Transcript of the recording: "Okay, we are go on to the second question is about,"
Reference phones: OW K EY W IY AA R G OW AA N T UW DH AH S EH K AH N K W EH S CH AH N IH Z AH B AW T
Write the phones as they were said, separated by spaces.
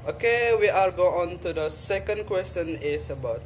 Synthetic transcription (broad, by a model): OW K EY W IY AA L G OW AA N T UW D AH S EH K AH N K W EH S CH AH N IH S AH B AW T